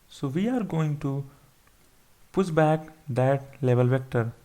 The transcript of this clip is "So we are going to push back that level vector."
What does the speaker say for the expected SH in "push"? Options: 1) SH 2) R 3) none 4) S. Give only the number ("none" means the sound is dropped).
4